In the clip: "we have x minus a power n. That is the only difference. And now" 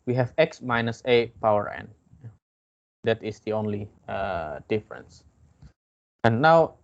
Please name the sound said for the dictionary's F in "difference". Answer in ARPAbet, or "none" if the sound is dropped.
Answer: F